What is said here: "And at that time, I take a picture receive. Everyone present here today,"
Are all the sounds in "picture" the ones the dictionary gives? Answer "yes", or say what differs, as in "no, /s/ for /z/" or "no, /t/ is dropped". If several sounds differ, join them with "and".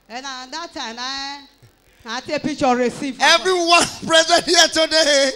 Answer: no, /k/ is dropped